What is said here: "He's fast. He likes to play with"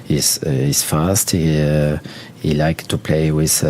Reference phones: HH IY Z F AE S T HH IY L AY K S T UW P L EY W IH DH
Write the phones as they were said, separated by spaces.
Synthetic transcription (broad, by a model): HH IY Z F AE S T HH IY L AY K T UW P L EY W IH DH